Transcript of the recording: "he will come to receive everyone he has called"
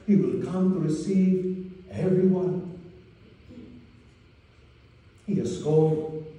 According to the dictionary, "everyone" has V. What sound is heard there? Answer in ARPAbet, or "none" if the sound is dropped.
V